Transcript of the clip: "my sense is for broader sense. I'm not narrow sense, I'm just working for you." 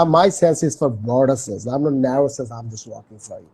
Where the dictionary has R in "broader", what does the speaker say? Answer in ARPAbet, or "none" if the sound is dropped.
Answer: none